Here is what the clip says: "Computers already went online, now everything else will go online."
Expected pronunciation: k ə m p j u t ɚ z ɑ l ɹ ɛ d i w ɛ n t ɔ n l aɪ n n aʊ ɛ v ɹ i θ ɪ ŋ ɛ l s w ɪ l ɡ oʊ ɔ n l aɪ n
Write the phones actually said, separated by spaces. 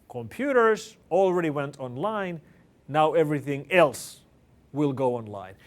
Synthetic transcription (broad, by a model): k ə m p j u t ɚ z ɑ l ɹ ɛ d i w ɛ n t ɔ n l aɪ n n aʊ ɛ v ɹ i θ ɪ ŋ ɛ l s w ɪ l ɡ oʊ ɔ n l aɪ n